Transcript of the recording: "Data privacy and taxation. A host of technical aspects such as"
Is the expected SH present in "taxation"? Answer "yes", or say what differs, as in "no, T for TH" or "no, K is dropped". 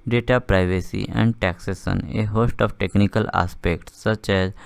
no, S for SH